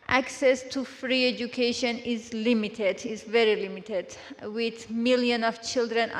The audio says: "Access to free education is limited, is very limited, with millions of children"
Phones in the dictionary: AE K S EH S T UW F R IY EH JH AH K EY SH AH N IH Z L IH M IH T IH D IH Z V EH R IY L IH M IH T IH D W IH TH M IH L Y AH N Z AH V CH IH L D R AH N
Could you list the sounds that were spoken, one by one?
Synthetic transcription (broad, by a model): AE K S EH S T UW F R IY EH JH AH K EY SH AH N IH Z L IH M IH T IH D IH Z V EH R IY L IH M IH T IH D W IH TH M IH L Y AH N AH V CH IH L D R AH N